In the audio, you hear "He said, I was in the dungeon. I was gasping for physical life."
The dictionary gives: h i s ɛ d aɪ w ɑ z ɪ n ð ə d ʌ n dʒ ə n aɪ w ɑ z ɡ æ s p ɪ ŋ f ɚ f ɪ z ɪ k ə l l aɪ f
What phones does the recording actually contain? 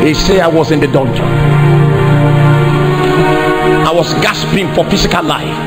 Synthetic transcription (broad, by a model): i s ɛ aɪ w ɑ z ɪ n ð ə d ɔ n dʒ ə aɪ w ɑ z ɡ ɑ s p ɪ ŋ f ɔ f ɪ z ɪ k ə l l aɪ f